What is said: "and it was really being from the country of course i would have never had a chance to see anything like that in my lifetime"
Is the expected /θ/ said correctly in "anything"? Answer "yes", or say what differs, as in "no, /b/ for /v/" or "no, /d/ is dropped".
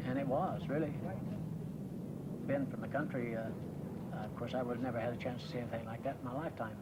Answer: yes